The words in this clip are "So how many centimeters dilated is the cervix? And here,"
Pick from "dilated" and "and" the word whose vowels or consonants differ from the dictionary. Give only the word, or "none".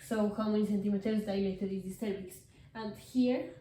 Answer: dilated